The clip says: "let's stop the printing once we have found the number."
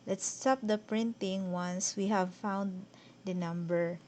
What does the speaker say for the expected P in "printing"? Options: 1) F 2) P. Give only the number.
2